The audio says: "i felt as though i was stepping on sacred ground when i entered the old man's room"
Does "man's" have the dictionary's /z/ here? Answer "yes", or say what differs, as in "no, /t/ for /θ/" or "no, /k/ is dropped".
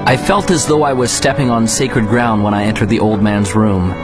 yes